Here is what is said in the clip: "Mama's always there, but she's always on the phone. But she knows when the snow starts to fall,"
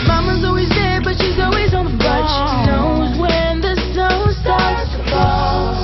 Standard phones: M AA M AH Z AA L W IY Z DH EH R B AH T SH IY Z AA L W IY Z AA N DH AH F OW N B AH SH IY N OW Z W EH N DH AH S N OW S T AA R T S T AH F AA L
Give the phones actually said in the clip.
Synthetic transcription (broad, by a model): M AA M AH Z AA L W IY Z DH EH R B AH T SH IY Z AA L W IY Z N DH AH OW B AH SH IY N OW Z W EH N DH AH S OW S T AA R T S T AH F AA